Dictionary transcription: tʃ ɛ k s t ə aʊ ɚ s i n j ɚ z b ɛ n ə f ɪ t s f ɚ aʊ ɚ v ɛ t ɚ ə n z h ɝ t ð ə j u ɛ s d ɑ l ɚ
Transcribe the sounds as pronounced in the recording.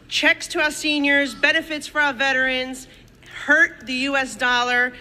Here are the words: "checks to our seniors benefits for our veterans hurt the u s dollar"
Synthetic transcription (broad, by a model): tʃ ɛ k s t ə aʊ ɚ s i n j ɚ z b ɛ n ə f ɪ t s f ɚ aʊ ɚ v ɛ t ɚ ə n z h ɝ t ð ə j u ɛ s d ɑ l ɚ